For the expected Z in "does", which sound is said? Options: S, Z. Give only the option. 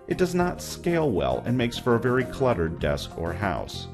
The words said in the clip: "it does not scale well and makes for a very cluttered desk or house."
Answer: Z